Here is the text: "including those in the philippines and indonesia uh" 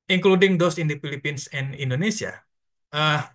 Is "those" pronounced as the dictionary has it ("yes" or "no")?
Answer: no